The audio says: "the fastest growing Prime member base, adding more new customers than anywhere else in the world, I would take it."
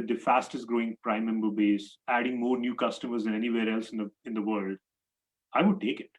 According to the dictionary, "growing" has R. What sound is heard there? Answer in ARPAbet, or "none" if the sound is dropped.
R